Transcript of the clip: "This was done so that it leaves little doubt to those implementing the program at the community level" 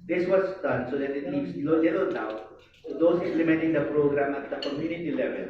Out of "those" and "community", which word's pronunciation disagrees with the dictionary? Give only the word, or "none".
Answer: those